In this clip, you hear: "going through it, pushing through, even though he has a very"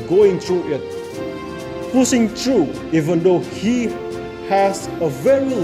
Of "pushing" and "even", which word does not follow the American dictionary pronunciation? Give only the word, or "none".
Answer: pushing